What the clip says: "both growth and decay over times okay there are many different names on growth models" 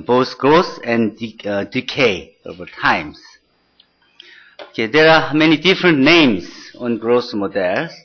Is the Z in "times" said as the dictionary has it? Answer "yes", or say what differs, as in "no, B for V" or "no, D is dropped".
no, S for Z